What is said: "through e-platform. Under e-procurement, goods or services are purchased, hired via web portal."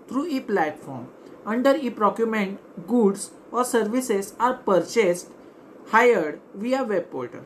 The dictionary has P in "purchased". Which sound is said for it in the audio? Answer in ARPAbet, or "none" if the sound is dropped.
P